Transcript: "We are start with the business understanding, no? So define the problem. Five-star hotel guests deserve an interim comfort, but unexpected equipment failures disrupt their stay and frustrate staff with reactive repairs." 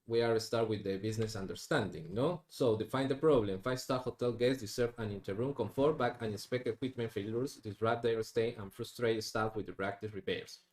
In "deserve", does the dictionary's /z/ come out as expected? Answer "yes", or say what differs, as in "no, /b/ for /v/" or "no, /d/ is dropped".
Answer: no, /s/ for /z/